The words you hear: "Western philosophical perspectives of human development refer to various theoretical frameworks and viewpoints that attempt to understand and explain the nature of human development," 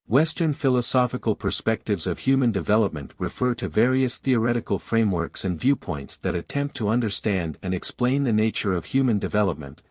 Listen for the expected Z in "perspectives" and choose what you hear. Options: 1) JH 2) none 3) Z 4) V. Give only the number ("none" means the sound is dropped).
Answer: 3